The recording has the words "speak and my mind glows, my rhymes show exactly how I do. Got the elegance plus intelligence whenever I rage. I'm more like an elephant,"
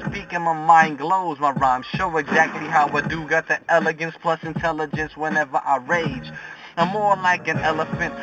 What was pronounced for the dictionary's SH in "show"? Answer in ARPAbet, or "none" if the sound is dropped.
SH